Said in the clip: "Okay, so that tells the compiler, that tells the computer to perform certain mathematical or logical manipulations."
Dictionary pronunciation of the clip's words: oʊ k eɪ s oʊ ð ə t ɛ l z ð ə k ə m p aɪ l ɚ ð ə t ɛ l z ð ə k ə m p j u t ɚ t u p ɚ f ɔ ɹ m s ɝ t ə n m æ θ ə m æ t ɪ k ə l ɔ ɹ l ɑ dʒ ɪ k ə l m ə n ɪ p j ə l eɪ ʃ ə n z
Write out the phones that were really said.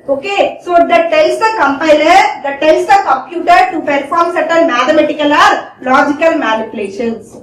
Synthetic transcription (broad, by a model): oʊ k eɪ s oʊ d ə t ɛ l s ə k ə m p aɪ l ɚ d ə t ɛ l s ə k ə m p j u t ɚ t u p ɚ f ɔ ɹ m s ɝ t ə l m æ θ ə m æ t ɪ k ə l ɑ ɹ l ɑ dʒ ɪ k ə l m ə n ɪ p j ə l eɪ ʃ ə n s